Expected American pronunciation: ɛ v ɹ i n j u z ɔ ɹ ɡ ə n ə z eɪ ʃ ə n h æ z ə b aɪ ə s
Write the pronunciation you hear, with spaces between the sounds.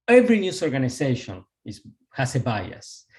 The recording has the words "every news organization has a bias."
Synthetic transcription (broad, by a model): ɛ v ɹ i n j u s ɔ ɹ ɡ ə n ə s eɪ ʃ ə n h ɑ s ə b aɪ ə s